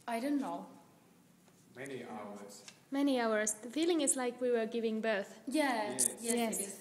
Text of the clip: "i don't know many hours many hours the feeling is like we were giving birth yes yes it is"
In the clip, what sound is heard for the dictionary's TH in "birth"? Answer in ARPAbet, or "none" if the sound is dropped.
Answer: TH